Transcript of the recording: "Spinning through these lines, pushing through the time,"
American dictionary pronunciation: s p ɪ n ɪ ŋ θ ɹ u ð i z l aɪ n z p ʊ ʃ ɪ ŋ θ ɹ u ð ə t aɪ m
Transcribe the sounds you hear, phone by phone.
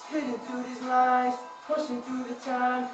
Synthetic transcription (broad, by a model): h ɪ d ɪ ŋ θ ɹ u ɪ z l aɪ z p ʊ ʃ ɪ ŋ θ ɹ u ð ə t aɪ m